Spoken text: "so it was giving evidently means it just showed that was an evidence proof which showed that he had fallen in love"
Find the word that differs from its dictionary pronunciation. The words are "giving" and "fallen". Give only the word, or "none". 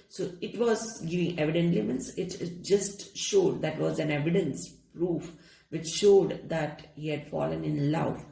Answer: none